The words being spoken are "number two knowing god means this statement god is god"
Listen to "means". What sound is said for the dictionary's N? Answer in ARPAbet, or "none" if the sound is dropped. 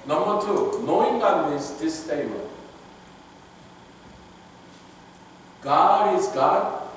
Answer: none